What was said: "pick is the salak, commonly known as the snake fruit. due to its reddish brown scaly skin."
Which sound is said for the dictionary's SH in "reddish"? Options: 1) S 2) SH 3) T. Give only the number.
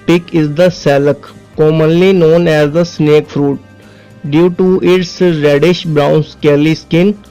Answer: 2